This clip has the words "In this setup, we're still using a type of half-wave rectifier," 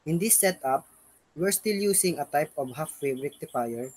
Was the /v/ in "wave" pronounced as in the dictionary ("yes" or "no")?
no